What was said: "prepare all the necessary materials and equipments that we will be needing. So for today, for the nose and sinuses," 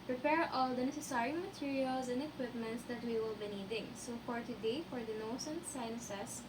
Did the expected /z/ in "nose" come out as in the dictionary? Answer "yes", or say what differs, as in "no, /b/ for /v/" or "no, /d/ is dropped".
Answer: no, /s/ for /z/